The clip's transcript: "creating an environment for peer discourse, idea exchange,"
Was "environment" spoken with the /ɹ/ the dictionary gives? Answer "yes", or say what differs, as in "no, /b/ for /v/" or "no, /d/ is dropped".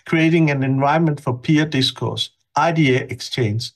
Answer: no, /ɹ/ is dropped